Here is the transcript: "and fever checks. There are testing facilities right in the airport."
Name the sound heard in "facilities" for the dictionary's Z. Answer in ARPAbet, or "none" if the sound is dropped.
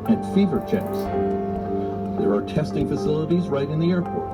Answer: Z